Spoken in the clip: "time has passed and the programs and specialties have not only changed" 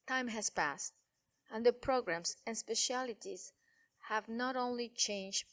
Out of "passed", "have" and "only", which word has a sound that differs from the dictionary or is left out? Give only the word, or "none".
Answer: none